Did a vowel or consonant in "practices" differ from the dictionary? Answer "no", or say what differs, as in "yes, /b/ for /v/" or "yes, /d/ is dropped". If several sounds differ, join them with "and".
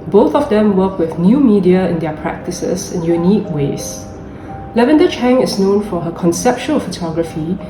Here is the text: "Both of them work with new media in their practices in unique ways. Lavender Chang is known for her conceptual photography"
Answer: yes, /s/ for /z/